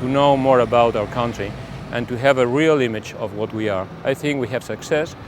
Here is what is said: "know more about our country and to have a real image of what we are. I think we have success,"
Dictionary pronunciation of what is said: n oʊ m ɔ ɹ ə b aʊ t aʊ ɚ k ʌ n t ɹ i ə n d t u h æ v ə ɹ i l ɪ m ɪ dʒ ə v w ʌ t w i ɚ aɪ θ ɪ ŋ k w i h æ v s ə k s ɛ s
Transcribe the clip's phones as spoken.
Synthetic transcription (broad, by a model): n oʊ m ɔ ɹ ə b aʊ t aʊ ɚ k ʌ n t ɹ i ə n t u h æ v ə ɹ i l ɪ m ɪ dʒ ə v w ʌ t w i ɚ aɪ θ ɪ ŋ k w i h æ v s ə k s ɛ s